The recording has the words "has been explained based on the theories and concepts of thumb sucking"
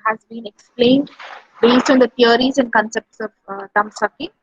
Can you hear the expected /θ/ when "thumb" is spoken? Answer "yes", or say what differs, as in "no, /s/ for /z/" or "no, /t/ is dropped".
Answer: no, /t/ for /θ/